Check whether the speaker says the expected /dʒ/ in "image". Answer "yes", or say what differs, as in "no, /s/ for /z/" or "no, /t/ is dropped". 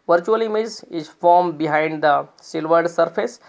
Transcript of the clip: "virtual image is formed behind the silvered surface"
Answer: no, /z/ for /dʒ/